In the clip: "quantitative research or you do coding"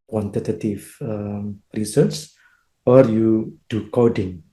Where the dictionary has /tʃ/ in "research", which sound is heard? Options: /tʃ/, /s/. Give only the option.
/s/